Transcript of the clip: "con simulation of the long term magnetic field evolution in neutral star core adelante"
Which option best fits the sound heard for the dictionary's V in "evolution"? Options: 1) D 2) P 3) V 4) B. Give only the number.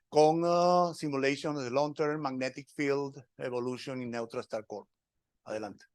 4